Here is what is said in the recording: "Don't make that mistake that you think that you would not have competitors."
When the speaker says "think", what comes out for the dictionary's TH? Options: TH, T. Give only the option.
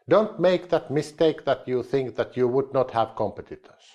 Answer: TH